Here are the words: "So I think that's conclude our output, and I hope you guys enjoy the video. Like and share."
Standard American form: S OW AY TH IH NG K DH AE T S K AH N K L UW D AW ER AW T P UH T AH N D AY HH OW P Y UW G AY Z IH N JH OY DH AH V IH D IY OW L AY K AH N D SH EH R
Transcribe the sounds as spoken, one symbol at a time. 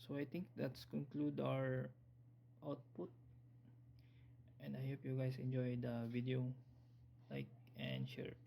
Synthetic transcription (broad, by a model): S OW AY T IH NG K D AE T S K AH N K L UW D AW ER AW T P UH T AH N D AY HH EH P Y UW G AY S IH N JH OY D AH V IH D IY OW L AY K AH N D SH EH R